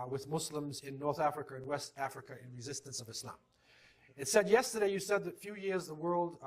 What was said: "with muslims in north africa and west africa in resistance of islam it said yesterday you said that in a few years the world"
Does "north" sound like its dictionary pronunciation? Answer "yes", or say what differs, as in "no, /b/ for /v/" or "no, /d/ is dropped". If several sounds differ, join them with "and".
yes